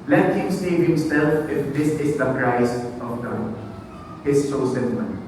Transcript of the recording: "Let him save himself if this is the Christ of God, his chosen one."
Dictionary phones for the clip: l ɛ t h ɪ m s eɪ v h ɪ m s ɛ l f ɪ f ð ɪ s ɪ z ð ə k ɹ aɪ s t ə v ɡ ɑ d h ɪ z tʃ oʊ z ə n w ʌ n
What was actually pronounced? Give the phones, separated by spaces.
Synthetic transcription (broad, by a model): l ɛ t h ɪ m s eɪ v h ɪ m s ɛ l f ɪ f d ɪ s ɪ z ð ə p ɹ aɪ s ə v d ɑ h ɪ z oʊ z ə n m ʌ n